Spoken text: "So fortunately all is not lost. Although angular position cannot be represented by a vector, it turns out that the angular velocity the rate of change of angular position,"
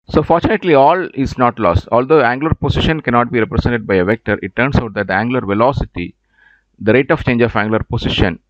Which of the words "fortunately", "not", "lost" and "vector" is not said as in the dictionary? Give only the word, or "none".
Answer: none